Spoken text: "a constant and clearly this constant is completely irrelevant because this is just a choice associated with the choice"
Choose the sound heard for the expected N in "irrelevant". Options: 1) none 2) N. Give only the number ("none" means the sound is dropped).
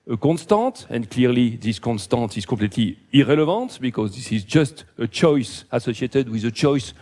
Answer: 1